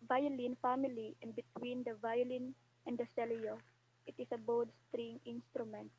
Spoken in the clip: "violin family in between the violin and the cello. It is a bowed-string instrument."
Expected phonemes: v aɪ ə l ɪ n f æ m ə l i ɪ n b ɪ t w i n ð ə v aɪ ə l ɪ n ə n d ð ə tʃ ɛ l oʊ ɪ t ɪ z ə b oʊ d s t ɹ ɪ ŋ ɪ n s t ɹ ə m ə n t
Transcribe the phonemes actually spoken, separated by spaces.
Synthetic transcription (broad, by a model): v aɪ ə l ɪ n f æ m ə l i ɪ n b ɪ t w i n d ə v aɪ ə l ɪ n ə n d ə s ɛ l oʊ ɪ t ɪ s ə b oʊ d s t ɹ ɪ ŋ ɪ n s t ɹ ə m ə n t